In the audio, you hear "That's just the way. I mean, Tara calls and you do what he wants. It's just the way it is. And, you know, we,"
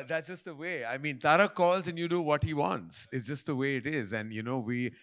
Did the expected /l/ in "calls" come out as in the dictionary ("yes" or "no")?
yes